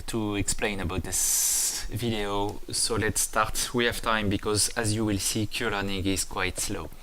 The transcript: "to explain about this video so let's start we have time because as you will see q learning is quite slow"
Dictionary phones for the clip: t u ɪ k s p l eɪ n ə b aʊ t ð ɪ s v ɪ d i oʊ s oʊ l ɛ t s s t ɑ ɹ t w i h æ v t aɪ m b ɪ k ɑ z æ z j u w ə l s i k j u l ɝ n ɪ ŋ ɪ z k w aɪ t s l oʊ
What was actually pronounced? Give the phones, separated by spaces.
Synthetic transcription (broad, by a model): t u ɪ k s p l eɪ n ə b aʊ t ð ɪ s v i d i oʊ s oʊ l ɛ t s s t ɑ ɹ t w i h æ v t aɪ m b ɪ k ɑ z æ z j u w ə l s i k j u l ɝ n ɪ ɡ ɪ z k w aɪ t s l oʊ